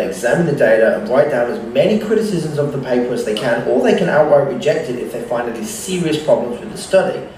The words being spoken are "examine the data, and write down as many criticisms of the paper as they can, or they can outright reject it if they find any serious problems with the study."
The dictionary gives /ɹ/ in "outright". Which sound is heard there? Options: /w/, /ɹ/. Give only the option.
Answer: /w/